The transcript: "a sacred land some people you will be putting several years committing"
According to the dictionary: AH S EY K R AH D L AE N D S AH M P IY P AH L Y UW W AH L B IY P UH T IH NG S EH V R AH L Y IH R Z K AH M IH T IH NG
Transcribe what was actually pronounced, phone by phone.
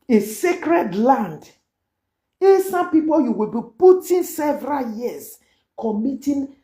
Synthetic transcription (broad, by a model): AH S EY K R AH D L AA N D S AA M P IY P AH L Y UW W AH L B IY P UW T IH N S EH V R AH L Y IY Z K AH M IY T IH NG